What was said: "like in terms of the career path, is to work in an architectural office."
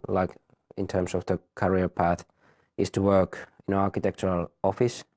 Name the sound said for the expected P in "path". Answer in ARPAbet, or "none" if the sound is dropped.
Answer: P